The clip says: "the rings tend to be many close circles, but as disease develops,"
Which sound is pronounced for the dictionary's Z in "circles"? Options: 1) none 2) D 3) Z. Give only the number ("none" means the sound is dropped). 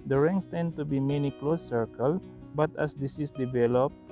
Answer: 1